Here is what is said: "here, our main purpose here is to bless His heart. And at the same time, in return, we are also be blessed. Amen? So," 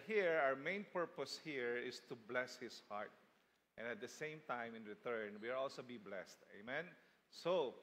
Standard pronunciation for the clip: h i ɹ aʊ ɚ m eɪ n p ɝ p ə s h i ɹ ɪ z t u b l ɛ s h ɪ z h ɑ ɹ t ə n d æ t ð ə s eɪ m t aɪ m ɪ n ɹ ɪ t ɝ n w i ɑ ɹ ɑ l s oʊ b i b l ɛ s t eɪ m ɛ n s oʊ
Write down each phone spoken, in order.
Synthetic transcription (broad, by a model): h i ɹ aʊ ɚ m eɪ n p ɝ p ə s h i ɹ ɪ s t u b l ɛ s h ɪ s h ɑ ɹ t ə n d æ t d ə s eɪ m t aɪ m ɪ n ɹ ɪ t ɝ n w i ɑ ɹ ɑ l s oʊ b i b l ɛ s t eɪ m ɛ n s oʊ